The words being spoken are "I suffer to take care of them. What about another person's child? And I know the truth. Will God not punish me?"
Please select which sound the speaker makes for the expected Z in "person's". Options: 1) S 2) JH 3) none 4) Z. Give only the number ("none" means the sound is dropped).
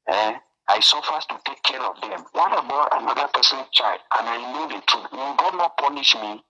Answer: 3